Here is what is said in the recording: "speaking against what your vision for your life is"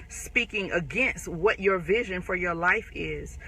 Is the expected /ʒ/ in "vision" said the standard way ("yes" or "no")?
yes